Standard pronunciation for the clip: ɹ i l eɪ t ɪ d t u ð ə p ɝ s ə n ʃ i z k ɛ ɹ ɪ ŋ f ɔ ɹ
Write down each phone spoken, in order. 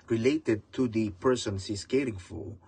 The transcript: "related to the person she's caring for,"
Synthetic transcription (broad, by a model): ɹ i l eɪ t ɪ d t u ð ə p ɝ s ə n s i s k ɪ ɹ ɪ ŋ f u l